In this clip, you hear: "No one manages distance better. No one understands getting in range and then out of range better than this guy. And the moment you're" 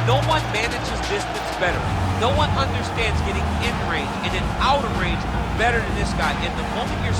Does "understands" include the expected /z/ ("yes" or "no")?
yes